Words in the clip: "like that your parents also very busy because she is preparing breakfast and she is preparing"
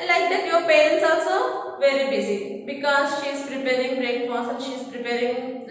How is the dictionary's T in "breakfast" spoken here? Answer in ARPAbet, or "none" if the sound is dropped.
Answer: none